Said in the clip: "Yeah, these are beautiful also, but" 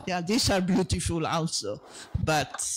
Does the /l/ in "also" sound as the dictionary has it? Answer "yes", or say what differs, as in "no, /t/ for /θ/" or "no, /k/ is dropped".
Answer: no, /n/ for /l/